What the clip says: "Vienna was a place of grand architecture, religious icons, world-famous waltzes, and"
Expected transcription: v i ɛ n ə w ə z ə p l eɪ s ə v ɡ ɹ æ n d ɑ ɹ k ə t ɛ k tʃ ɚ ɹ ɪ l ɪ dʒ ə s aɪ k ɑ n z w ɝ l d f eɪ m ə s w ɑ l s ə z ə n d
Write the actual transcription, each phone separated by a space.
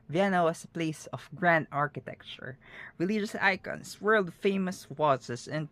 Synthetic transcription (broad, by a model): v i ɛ n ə w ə s ə p l eɪ s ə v ɡ ɹ æ n d ɑ ɹ k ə t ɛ k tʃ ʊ ɹ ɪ l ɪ dʒ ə s aɪ k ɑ n s w ɝ l d f eɪ m ə s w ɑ s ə s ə n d